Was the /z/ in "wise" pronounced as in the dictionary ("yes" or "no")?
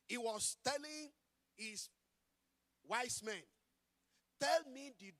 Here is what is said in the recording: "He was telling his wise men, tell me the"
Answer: no